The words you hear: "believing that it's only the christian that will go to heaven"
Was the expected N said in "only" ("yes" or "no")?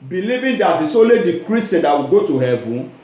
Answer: no